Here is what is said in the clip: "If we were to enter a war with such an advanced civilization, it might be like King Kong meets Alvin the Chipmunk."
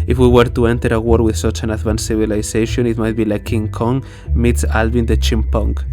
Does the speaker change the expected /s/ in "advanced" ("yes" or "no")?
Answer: yes